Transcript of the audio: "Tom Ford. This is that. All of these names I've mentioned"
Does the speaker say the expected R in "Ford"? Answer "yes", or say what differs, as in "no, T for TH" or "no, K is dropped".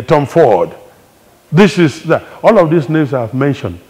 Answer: no, W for R